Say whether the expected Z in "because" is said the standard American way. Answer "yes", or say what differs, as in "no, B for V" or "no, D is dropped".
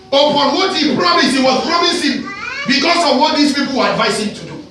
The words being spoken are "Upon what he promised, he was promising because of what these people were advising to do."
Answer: no, S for Z